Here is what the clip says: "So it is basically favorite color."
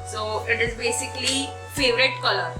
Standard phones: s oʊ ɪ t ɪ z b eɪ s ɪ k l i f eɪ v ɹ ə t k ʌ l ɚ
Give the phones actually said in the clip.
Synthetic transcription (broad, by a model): s oʊ ɪ t ɪ z b eɪ s ɪ k l i f eɪ v ɹ ə t k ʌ l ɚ